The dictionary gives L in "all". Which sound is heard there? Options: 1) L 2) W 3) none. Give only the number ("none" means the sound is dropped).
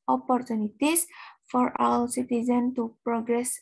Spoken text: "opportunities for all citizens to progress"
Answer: 2